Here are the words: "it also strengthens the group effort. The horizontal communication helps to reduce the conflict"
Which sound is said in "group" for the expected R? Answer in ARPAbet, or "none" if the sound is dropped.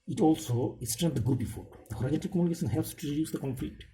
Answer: none